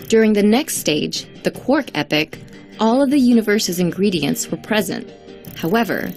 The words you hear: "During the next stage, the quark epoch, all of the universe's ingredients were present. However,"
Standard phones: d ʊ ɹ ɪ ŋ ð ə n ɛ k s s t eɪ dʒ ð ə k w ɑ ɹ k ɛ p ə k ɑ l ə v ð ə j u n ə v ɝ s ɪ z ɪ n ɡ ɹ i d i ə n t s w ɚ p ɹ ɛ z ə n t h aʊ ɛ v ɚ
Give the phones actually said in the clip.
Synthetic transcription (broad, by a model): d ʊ ɹ ɪ ŋ ð ə n ɛ k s s t eɪ dʒ ð ə k w ɑ ɹ k ɛ p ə k ɑ l ə v ð ə j u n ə v ɝ s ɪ z ɪ n ɡ ɹ i d i ə n t s w ɚ p ɹ ɛ z ə n t h aʊ ɛ v ɚ